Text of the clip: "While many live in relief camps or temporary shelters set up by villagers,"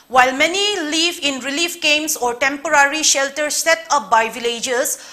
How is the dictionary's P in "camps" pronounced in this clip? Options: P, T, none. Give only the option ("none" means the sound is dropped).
none